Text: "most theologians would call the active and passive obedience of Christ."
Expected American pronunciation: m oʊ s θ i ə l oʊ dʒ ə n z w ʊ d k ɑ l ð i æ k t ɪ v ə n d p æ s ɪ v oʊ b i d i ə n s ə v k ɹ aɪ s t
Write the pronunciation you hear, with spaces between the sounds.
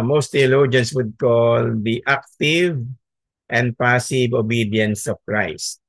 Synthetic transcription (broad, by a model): m oʊ s t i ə l oʊ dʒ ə n s w ʊ d k ɑ l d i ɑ k t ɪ v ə n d p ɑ s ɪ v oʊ b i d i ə n s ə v k ɹ aɪ s t